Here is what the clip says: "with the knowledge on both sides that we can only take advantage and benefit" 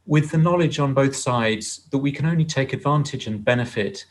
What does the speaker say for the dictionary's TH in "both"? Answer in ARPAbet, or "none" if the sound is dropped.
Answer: TH